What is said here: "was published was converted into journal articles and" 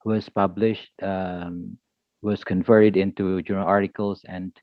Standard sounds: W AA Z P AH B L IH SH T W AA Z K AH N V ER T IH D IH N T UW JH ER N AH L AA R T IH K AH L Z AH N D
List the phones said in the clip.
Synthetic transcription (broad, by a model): W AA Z P AH B L IH SH T W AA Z K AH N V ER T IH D IH N T UW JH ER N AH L AA R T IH K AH L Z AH N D